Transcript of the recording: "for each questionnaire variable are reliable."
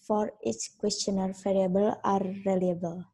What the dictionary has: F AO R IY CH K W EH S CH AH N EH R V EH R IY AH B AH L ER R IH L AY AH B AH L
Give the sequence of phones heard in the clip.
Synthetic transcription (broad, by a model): F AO R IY S K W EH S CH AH N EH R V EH R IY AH B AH L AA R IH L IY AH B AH L